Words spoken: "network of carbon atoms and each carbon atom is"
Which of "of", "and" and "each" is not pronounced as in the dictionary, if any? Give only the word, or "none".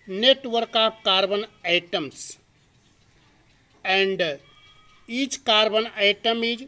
of